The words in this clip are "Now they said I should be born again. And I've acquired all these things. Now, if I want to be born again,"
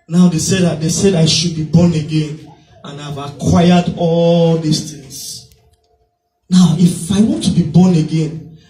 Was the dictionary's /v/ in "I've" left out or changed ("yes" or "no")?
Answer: no